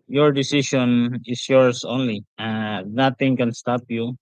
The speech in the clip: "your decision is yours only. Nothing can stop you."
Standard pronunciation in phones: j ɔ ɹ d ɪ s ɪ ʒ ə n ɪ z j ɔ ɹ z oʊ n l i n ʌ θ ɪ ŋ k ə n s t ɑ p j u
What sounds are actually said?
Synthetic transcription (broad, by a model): j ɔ ɹ d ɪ s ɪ ʃ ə n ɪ s j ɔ ɹ s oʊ n l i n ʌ t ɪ ŋ k ə n s t ɑ p j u